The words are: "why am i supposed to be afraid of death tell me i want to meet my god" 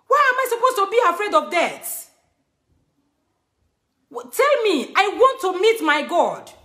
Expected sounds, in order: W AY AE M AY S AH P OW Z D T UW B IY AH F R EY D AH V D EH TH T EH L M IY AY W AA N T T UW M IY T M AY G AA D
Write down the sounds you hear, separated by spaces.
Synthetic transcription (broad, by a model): W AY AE M AY S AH P OW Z T UW B IY AH F R EY D AH V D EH T T EH L M IY AY W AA N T T UW M IY T M AY G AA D